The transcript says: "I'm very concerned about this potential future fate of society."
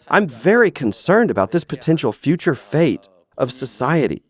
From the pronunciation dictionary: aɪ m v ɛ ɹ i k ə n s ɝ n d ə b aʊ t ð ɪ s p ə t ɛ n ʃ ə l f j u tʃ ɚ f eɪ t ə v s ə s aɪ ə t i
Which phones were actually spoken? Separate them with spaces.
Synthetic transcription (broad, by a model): aɪ m v ɛ ɹ i k ə n s ɝ n d ə b aʊ t ð ɪ s p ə t ɛ n ʃ l f j u tʃ ɚ f eɪ t ə v s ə s aɪ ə t i